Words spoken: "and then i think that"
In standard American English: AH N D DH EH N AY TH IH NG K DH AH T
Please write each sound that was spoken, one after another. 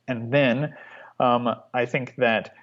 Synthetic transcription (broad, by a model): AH N DH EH N AY TH IH NG K DH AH T